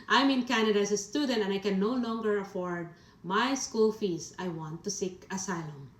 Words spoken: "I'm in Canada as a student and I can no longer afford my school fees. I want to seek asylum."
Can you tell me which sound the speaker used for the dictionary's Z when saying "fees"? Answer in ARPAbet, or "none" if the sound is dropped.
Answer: S